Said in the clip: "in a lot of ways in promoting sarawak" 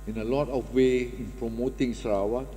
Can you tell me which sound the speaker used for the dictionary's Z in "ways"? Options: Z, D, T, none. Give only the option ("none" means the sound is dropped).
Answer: none